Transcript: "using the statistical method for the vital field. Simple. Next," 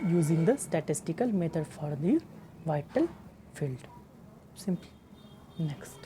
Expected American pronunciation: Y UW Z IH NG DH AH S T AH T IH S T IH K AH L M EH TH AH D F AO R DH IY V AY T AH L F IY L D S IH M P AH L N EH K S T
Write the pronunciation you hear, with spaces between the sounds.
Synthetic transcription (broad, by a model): Y UW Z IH NG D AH S T AH T IH S T IH K AH L M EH T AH D F AO R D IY V AY T AH L F IY L D S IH M P L N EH K S T